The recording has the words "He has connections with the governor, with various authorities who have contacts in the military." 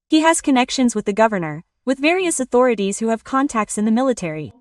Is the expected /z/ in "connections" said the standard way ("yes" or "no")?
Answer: yes